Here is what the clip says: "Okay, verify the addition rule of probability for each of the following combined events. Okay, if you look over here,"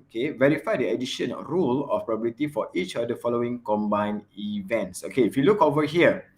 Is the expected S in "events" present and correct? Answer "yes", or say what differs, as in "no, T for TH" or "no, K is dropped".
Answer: yes